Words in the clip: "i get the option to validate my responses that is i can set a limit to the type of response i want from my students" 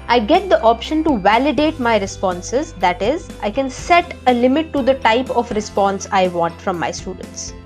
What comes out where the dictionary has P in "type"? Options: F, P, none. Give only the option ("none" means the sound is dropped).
P